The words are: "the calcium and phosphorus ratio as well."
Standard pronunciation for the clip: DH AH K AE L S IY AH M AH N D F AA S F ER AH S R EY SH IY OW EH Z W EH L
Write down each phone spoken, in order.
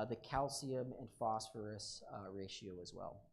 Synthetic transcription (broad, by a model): DH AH K AE L S IY AH M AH N F AA S F ER AH S R EY SH IY OW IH Z W EH L